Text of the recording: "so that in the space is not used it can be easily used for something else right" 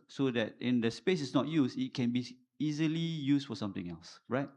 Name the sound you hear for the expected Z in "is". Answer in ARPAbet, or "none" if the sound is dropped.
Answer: S